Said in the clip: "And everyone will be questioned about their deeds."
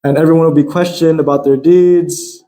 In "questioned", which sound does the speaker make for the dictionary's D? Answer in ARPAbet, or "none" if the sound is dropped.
D